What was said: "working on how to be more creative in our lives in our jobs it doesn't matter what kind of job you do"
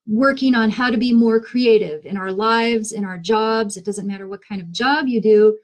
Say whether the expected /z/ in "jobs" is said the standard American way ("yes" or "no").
yes